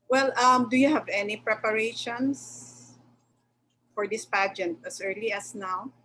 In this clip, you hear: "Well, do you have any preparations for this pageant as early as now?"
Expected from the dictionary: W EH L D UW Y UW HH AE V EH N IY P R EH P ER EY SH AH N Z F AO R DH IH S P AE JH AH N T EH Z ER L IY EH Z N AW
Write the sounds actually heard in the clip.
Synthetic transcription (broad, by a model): W EH L D UW Y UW HH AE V EH N IY P R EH P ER EY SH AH N S F AO R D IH S P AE JH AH N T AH S ER L IY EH S N AW